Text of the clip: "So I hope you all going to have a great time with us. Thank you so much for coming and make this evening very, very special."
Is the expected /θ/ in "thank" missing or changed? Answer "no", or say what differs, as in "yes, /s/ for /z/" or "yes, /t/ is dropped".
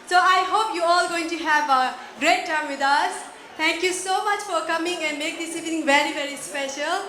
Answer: yes, /t/ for /θ/